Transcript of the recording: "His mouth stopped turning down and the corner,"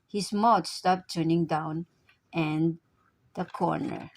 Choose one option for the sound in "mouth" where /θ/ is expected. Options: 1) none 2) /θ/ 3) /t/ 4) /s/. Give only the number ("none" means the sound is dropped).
3